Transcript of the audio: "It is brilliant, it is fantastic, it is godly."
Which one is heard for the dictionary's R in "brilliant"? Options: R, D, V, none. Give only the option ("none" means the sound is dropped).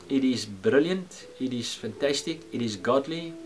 R